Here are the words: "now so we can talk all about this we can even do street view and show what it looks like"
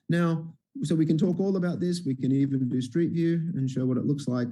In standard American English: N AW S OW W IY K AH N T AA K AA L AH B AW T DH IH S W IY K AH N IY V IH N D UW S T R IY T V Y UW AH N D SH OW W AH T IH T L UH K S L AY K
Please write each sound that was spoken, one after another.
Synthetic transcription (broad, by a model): N AW S OW W IY K AH N T AA K AA L AH B AW T DH IH S W IY K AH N IY V IH N D UW S T R IY T V Y UW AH N SH OW W AH T IH T L UH K S L AY K